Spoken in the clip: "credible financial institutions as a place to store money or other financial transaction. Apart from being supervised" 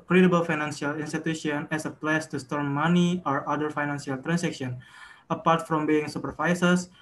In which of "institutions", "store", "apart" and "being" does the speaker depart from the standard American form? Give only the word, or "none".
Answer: institutions